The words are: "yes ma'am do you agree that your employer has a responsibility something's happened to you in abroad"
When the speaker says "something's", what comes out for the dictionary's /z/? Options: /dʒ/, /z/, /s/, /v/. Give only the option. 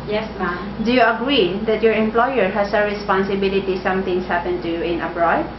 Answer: /s/